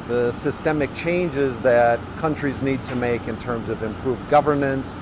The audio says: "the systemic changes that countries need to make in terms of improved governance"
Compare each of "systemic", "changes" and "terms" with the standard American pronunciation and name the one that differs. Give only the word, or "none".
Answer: none